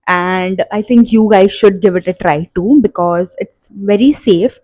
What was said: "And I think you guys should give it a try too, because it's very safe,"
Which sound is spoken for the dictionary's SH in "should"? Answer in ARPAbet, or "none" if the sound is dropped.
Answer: SH